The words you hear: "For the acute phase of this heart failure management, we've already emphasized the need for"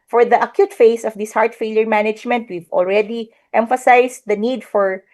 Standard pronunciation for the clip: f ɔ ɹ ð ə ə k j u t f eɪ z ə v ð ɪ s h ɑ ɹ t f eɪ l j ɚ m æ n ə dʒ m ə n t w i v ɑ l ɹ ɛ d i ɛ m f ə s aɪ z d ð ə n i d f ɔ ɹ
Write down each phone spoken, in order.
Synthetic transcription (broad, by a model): f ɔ ɹ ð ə ə k j u t f eɪ s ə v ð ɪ s h ɑ ɹ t f eɪ l j ɚ m æ n ə dʒ m ə n t w i v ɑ l ɹ ɛ d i ɛ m f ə s aɪ s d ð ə n i d f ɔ ɹ